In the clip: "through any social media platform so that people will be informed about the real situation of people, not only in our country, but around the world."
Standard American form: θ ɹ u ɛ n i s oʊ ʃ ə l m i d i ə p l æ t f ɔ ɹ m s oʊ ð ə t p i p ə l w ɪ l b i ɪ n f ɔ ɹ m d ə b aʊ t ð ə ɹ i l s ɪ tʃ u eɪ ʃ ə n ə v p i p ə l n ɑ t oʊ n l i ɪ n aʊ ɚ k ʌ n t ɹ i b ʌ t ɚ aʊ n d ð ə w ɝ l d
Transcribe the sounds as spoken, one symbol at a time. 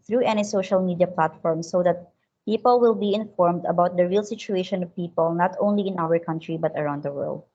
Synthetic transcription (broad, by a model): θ ɹ u ɛ n i s oʊ ʃ ə l m i d i ə p l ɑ t f ɔ ɹ m s oʊ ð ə t p i p ə l w ɪ l b i ɪ n f ɔ ɹ m d ə b aʊ t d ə ɹ i l s ɪ tʃ u eɪ ʃ ə n ə v p i p ə l n ɑ t oʊ n l i ɪ n aʊ ɚ k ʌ n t ɹ i b ʌ t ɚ aʊ n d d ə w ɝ l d